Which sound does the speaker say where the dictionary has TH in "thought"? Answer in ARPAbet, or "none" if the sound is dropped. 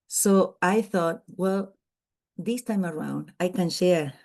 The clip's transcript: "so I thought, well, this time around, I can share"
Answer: TH